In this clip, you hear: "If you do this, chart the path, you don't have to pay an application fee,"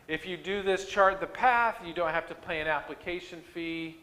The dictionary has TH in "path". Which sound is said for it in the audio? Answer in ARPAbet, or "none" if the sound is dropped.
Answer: TH